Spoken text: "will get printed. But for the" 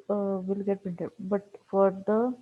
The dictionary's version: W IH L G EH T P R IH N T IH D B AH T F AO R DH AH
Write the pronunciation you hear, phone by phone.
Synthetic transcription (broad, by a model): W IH L G EH T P IH N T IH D B AH T F AO R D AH